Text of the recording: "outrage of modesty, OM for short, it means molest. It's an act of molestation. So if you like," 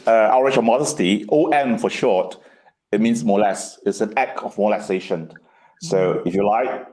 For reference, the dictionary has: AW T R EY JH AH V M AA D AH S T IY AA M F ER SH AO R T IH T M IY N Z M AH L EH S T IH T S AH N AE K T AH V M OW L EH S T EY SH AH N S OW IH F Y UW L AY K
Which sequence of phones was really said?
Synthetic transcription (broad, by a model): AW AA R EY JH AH M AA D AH S T IY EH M F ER SH AO T IH T M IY N S M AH L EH S IH T S AH N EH K AH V M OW L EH S EY SH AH N S OW IH F Y UW L AY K